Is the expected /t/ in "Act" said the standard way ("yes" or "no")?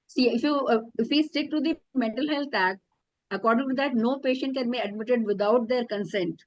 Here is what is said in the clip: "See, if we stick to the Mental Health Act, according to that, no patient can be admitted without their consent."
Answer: no